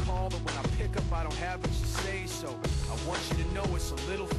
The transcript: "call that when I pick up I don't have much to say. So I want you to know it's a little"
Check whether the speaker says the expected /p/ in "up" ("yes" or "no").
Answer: yes